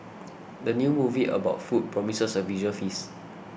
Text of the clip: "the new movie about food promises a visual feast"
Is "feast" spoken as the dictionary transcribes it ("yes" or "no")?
no